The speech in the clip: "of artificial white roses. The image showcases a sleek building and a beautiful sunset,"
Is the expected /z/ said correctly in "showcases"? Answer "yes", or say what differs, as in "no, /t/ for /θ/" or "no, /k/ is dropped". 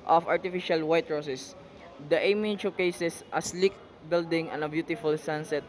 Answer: no, /s/ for /z/